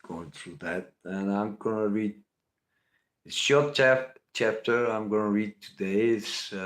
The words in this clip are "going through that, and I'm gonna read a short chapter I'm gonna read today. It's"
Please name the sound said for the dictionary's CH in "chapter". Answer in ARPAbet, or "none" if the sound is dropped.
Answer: CH